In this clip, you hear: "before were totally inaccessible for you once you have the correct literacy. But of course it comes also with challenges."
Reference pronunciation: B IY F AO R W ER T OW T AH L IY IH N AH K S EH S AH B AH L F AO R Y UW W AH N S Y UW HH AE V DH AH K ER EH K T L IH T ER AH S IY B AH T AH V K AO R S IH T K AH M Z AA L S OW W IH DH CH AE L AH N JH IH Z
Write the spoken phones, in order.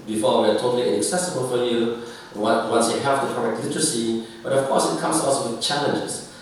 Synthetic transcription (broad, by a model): B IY F AO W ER T OW T AH L IY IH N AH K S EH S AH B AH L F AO L Y UW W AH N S Y UW HH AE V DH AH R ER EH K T L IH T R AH S IY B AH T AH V K AO S IH T K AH M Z AA L S OW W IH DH CH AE L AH N JH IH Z